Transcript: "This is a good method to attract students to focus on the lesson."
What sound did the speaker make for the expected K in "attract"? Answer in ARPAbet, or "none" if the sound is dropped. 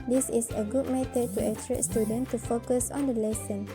none